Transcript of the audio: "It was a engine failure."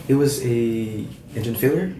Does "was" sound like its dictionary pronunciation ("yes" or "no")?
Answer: yes